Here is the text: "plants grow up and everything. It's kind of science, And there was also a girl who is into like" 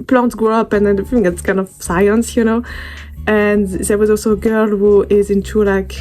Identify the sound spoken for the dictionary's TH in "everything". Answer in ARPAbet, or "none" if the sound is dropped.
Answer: F